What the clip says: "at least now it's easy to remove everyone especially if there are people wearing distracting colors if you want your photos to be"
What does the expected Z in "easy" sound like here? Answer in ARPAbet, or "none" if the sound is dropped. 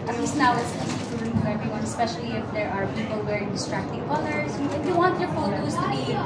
S